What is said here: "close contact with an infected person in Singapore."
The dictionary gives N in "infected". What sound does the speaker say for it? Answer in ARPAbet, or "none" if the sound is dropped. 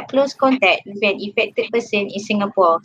none